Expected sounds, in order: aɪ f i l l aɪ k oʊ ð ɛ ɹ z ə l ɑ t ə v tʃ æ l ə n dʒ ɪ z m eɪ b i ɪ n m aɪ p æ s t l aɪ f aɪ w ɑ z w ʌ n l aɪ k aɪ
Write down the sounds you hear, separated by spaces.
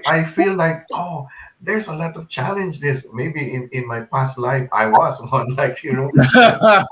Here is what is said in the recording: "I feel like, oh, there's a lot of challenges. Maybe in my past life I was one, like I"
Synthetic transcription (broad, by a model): aɪ f i l l aɪ k oʊ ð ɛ ɹ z ə l ɑ t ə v tʃ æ l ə n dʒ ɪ s m eɪ b i ɪ n m aɪ p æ s t l aɪ f aɪ w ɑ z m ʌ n l aɪ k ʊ